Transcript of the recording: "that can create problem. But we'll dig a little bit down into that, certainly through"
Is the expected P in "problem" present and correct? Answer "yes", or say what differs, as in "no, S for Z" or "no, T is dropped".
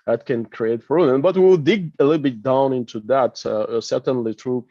no, F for P